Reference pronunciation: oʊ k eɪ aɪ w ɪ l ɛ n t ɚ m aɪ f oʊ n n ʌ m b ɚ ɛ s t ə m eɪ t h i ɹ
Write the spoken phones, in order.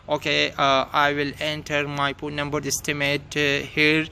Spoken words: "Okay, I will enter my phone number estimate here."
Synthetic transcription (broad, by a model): oʊ k eɪ aɪ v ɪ l ɛ n t ɚ m aɪ p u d n ʌ m b ɚ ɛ s t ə m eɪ t h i ɹ